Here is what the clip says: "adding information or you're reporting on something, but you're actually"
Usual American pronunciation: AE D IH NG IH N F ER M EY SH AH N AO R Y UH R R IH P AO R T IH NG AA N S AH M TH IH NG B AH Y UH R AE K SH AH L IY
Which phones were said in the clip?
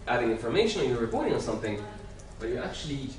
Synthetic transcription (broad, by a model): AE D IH NG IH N F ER M EY SH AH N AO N Y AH R R IH P AO R T IH NG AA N S AH M TH IH NG B AH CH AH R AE K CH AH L IY